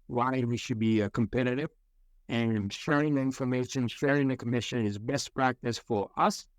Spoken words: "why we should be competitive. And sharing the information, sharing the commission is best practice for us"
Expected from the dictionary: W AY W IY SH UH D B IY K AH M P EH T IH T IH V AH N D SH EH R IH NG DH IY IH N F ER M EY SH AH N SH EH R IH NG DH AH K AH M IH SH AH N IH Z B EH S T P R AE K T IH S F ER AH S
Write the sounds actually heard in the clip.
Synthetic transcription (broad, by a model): W AY W IY SH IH D B IY K AH M P EH T IH T IH V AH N SH EH R IH NG DH IY IH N F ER M EY SH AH N SH EH R IH NG DH AH K AH M IH SH AH N IH Z B EH S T P R AE K T IH S F ER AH S